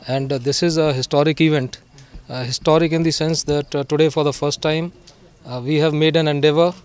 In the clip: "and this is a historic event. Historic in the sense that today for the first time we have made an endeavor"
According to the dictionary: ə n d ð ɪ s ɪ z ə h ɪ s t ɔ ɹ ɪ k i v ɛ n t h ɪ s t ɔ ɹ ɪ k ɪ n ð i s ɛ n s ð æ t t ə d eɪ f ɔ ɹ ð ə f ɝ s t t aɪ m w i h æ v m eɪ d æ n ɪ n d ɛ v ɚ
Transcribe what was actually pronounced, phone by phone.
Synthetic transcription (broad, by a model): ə n d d ɪ s ɪ z ə h ɪ s t ɔ ɹ ɪ k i v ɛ n t h ɪ s t ɔ ɹ ɪ k ɪ n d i s ɛ n s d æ t t ə d eɪ f ɔ ɹ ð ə f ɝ s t t aɪ m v i h æ v m eɪ d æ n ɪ n d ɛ v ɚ